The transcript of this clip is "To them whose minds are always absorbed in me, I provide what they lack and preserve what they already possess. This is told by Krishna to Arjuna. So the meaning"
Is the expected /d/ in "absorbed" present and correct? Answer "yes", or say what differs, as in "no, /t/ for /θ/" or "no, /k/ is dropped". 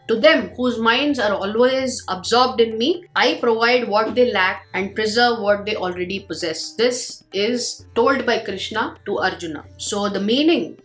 yes